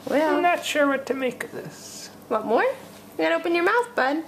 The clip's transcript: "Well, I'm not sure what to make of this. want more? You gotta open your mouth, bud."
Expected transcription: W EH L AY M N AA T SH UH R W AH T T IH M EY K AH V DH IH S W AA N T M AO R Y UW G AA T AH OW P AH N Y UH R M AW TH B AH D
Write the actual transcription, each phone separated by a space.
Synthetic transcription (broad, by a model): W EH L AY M N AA T SH UH R W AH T T IH M EY K AH V DH IH S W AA T M AO R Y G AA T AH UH P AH N Y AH R M AW TH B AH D